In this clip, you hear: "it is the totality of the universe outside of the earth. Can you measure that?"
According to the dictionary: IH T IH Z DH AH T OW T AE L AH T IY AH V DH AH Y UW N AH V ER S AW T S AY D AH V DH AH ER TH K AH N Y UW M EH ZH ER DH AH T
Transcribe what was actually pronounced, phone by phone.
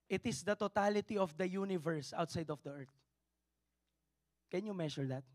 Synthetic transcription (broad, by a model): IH T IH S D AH T OW T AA L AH T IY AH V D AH Y UW N AH V ER S AW T S AY D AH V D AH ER T K AH N Y UW M EH SH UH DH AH T